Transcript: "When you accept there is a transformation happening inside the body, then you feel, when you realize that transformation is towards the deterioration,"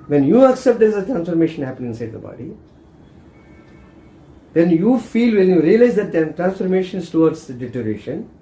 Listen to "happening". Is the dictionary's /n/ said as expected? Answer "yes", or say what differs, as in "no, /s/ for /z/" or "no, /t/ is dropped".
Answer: no, /n/ is dropped